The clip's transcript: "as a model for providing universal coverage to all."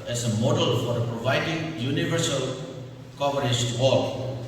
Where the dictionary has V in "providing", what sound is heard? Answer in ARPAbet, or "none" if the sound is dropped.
V